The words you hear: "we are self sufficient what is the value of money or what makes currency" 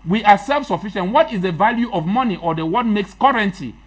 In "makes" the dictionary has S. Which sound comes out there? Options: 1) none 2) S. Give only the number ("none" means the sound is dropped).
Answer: 2